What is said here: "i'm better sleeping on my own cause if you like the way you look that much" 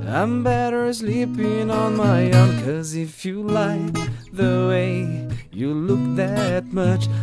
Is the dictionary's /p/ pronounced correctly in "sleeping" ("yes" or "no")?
yes